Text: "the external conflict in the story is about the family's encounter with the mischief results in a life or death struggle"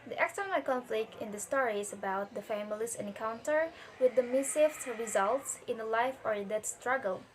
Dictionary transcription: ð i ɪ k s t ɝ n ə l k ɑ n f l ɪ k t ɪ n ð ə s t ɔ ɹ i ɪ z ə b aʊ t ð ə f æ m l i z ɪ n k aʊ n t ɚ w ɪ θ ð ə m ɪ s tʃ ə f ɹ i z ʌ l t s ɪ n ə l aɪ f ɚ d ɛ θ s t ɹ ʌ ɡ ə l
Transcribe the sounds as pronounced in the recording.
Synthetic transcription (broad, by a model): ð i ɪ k s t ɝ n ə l k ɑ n f l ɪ k t ɪ n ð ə s t ɔ ɹ i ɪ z ə b aʊ t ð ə f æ m l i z ɪ n k aʊ n t ɚ w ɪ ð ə m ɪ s ə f ɹ i z ʌ l t s ɪ n ə l aɪ f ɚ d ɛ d s t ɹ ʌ ɡ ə l